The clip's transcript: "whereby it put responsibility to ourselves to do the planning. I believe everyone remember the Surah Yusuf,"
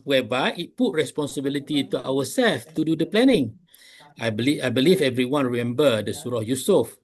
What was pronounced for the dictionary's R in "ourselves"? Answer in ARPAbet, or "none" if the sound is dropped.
W